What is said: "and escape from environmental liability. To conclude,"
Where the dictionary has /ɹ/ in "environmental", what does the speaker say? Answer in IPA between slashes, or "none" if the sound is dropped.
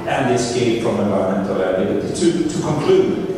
/l/